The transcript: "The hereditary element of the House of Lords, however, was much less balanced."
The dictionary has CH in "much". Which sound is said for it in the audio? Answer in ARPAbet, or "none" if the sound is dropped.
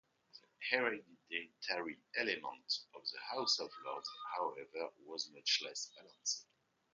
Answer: CH